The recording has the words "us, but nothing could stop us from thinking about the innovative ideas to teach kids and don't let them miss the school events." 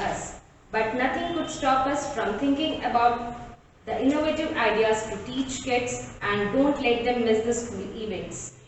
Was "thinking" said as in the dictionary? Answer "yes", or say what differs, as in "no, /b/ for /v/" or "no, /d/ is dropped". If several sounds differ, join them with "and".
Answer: no, /t/ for /θ/